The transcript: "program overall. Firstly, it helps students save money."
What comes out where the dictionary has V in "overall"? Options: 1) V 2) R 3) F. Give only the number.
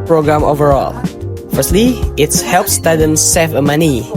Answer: 1